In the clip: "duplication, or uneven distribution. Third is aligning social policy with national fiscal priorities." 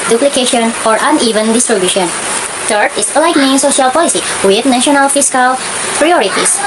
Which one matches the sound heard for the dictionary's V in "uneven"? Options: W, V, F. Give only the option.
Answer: V